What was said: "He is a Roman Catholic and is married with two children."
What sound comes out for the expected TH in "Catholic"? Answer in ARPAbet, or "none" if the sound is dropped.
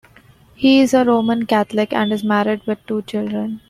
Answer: T